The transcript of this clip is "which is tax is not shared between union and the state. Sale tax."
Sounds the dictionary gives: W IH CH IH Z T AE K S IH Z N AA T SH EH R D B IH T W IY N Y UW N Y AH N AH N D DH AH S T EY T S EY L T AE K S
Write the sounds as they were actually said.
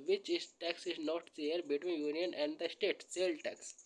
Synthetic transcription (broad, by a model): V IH CH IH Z T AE K S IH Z N AA T S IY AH D B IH T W IY N Y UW N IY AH N AH N D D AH S T EY T S EY L T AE K S